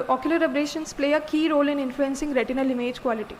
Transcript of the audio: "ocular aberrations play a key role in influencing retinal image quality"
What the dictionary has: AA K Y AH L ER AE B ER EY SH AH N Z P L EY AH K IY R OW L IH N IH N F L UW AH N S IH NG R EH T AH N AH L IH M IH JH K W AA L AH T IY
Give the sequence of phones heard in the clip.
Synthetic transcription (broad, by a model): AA K Y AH L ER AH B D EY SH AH N S P L EY AH K IY R OW L IH N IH N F L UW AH N S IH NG R EH T AH N AH L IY M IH JH K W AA L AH T IY